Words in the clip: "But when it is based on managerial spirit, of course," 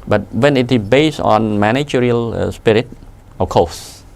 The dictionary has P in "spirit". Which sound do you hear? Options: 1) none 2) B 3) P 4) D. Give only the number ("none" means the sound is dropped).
3